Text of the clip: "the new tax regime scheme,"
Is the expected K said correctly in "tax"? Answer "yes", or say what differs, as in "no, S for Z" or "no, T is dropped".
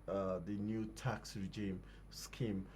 yes